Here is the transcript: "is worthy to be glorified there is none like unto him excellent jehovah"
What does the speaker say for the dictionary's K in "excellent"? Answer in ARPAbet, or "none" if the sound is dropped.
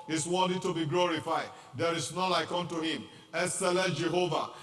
none